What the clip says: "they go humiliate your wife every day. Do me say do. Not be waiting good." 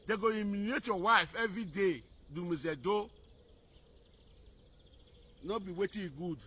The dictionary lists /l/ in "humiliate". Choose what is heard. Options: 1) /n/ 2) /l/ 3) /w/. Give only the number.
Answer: 1